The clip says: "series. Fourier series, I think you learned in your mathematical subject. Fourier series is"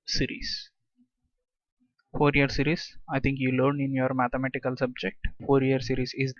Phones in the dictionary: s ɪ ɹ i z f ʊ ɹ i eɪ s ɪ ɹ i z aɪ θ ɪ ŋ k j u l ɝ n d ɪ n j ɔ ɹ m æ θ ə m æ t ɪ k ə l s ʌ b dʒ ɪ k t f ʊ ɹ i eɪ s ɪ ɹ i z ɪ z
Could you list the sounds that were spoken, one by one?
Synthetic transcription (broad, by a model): s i ɹ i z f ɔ ɹ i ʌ s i ɹ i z aɪ t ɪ ŋ k j u l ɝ n ɪ n j ɔ ɹ m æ t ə m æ t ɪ k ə l s ʌ b dʒ ɪ k t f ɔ ɹ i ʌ s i ɹ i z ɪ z